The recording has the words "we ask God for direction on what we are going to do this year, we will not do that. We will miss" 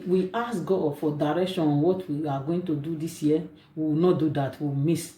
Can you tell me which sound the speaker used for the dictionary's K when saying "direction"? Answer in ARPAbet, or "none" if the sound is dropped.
K